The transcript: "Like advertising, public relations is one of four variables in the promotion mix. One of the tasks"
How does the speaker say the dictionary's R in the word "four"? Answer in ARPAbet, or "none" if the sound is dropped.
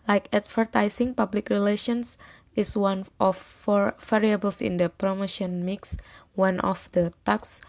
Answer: R